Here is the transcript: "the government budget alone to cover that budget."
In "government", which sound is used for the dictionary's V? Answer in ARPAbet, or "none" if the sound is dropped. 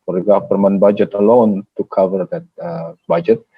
P